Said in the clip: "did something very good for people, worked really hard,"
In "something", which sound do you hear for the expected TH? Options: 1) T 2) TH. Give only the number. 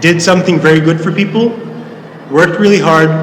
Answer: 2